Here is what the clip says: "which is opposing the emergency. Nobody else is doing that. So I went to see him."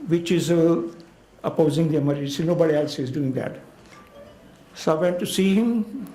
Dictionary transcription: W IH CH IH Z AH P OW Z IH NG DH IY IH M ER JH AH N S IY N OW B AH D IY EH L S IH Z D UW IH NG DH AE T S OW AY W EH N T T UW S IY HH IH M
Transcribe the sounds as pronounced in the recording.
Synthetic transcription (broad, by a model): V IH CH IH Z AH P OW Z IH NG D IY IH M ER AH S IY N OW B AH D IY EH L S IH Z D UW IH NG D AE T S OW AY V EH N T T UW S IY HH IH M